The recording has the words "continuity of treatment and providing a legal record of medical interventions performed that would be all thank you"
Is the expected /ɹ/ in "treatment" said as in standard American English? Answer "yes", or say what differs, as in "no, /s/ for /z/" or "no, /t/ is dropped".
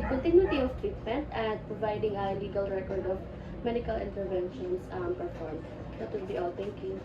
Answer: yes